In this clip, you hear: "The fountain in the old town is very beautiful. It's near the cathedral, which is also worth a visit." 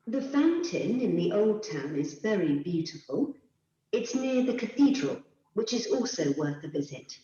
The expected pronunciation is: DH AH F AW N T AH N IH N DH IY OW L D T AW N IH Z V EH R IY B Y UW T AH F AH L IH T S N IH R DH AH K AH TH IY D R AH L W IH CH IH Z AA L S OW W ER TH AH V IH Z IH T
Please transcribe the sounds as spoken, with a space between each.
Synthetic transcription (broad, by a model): DH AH F AW N T AH N IH N DH IY OW L D T AW N IH Z V EH R IY B Y UW T AH F AH L IH T S N IH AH DH AH K AH TH IY D R AH L W IH CH IH Z AA L S OW W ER TH AH V IH Z IH T